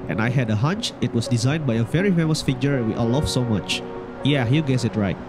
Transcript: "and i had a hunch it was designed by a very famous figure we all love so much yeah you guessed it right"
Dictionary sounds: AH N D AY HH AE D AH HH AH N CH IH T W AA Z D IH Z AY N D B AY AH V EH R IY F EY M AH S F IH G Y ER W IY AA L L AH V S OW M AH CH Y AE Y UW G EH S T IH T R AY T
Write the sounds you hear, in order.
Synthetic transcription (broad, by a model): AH N AY HH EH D AH HH AH N CH IH T W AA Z D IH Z AY N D B AY AH V EH R IY F EY M AH S F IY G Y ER W IY AA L L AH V S OW M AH CH Y AE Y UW G EH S IH T R AY T